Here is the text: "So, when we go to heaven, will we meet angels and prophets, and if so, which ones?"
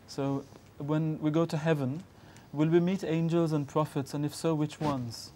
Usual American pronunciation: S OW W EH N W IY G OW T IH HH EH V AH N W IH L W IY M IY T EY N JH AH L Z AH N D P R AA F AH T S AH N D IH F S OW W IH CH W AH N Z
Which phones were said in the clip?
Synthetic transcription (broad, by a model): S OW W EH N W IY G OW T IH HH EH V AH N W IH L W IY M IY T EY N JH AH L Z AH N P R AA F AH T S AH N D IH F S OW W IH CH W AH N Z